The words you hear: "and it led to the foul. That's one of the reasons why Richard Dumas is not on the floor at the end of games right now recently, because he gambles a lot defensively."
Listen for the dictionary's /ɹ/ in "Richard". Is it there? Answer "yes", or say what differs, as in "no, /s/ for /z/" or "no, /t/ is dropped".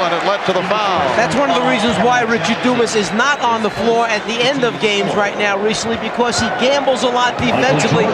yes